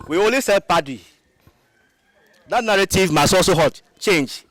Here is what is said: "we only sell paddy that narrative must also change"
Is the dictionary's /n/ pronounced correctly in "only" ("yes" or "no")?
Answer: no